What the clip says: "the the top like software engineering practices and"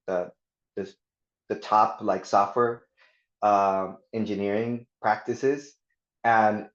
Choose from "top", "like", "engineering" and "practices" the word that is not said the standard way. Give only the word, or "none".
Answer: none